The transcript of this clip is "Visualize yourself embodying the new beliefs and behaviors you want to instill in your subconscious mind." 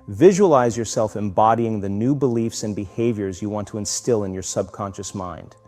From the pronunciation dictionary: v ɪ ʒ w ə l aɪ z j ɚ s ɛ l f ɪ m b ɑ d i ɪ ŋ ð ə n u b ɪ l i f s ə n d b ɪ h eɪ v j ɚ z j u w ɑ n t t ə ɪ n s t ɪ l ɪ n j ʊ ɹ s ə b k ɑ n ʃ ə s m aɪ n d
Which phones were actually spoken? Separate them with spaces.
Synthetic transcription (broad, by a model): v ɪ ʒ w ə l aɪ z j ɚ s ɛ l f ɪ m b ɑ d i ɪ ŋ ð ə n u b ɪ l i f s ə n b ɪ h eɪ v j ɚ z j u w ɑ n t t ə ɪ n s t ɪ l ɪ n j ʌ ɹ s ə b k ɑ n ʃ ə s m aɪ n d